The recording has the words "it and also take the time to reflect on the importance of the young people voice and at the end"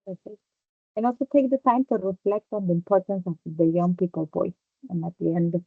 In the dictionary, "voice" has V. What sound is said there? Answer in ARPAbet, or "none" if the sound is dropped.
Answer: P